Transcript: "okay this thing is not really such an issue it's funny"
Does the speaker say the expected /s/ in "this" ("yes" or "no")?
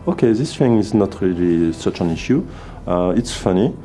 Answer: yes